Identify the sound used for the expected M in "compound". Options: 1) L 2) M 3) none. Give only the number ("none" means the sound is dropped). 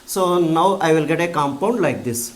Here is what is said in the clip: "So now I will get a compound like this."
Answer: 2